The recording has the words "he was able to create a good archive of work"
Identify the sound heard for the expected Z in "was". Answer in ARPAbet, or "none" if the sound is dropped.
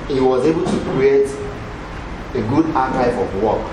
Z